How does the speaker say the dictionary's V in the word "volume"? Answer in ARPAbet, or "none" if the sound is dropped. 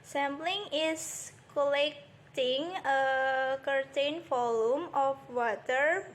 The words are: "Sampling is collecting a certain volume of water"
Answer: F